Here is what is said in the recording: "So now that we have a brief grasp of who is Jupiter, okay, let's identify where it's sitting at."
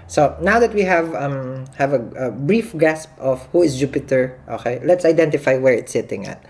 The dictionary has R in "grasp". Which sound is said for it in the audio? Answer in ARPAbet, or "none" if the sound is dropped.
none